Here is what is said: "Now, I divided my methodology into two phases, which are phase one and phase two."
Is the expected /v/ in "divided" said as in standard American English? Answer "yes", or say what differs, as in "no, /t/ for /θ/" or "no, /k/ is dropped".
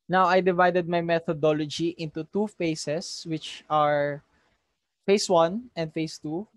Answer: yes